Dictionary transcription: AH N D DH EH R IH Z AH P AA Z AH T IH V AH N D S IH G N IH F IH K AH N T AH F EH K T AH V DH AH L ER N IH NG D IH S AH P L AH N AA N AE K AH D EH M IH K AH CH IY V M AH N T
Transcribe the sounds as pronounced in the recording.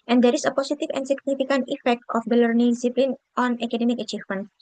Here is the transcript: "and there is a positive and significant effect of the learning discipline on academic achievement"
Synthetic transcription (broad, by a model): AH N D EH R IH S AH P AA S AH T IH F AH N S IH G N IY F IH K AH N T AH F EH K T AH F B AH L ER N IH NG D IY S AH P L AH N AA N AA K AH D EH M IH K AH CH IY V M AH N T